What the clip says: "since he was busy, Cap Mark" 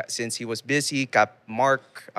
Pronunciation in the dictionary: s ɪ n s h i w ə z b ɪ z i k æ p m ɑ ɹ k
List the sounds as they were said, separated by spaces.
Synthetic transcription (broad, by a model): s ɪ n s h i w ə z b ɪ z i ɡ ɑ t m ɑ ɹ k